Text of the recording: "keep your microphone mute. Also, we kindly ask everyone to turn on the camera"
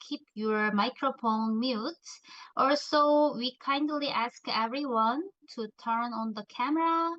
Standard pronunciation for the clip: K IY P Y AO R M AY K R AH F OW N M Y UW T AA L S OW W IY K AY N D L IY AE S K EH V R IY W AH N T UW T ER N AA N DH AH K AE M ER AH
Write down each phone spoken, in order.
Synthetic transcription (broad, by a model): K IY P Y AO R M AY K R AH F OW N M Y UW T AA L S OW W IY K AY N D L IY AE S K EH V R IY W AH N T UW T ER N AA N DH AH K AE M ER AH